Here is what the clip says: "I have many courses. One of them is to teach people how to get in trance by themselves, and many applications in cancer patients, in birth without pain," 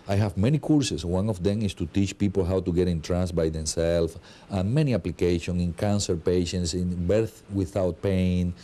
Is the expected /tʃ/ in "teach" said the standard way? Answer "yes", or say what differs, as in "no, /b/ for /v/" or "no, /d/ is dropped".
yes